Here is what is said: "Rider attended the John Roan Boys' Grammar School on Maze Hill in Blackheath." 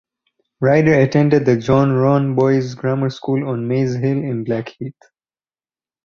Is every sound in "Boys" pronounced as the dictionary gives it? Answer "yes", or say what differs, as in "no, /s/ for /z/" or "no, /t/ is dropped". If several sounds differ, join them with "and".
yes